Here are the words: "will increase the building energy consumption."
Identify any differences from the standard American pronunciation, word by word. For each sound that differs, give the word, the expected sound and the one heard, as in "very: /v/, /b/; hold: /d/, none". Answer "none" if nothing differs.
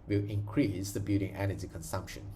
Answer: building: /l/, none